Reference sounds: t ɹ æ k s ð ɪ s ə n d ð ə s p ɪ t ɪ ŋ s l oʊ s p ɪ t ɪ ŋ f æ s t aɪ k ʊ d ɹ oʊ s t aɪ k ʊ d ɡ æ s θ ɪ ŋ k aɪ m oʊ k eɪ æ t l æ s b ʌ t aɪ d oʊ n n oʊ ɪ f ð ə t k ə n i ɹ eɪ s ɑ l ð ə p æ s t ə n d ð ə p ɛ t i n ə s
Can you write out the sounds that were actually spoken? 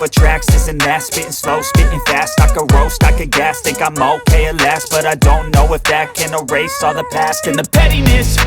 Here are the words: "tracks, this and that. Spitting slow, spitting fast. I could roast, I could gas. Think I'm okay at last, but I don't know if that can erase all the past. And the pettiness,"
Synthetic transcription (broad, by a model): t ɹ æ k s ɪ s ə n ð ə s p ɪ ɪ s l oʊ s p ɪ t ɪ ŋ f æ s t aɪ k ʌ ɹ oʊ s t aɪ k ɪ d ɡ æ s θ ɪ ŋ k aɪ m oʊ k eɪ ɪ l æ s b ʌ t aɪ d oʊ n n oʊ ɪ f ð ə t k ə n i ɹ eɪ s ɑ ð ə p æ s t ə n ð ə p ɛ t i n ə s